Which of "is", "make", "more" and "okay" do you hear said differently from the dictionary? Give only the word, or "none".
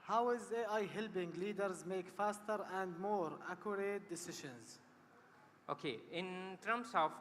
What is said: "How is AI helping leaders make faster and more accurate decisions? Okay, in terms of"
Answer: none